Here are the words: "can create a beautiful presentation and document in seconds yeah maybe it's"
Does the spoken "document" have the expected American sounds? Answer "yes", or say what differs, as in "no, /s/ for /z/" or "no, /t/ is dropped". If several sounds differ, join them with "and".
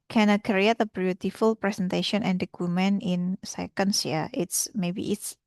no, /t/ is dropped